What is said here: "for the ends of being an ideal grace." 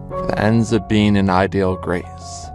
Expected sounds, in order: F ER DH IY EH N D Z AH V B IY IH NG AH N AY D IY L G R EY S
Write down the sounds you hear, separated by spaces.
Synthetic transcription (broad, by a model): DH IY EH N D Z AH V B IY IH NG AH N AY D IY L G R EY S